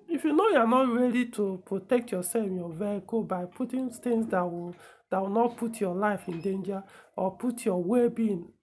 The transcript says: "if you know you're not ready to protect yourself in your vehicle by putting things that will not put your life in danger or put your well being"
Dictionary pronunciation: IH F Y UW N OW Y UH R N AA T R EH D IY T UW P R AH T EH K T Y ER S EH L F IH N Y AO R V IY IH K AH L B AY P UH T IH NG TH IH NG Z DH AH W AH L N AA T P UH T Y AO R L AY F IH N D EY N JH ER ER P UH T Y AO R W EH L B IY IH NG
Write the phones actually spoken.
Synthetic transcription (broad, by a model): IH F Y UW N OW Y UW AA N AA T R EH D IY T UW P R AH T EH K T Y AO S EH L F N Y AO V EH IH K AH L B AY P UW T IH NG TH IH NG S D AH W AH W N AA T P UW T Y AO L AY F IH N D EY N JH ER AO P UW T Y AO W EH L B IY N